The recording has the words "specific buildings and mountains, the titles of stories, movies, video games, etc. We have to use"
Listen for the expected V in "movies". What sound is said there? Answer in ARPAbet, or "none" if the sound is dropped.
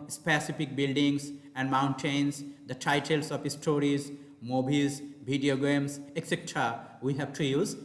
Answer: B